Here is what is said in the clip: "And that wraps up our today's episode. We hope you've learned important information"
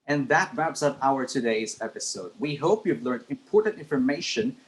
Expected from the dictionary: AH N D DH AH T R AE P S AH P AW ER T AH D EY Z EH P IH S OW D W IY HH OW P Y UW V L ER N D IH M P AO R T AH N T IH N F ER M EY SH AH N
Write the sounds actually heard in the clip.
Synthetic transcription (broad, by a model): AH N DH AH T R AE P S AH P AW ER T AH D EY Z EH P IH S OW D W IY HH OW P Y UW V L ER N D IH M P AO R T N T IH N F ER M EY SH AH N